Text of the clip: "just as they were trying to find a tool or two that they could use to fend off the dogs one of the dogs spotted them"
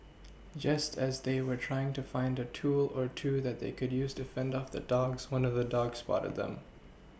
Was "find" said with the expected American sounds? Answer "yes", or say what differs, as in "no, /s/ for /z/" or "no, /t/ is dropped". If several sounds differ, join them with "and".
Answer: yes